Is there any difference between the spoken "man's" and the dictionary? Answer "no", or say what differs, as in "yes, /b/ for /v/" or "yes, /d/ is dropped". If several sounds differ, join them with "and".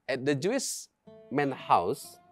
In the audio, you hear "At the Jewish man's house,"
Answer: yes, /z/ is dropped